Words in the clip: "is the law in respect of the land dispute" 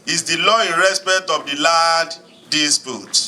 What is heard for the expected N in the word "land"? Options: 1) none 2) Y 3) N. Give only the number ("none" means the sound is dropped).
1